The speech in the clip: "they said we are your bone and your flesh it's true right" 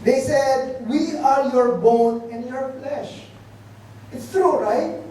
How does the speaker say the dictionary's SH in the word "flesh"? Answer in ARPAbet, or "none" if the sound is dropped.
SH